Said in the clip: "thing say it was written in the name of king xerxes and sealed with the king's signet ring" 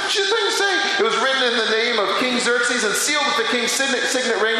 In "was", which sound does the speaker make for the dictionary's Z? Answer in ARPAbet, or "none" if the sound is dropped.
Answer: Z